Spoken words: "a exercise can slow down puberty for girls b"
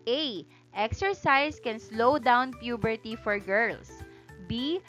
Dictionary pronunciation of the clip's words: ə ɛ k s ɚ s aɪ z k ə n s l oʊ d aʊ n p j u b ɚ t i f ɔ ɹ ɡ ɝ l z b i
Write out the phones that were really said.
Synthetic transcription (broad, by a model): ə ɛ k s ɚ s aɪ s k ə n s l oʊ d aʊ n p j u b ɚ t i f ɔ ɹ ɡ ɝ l s b i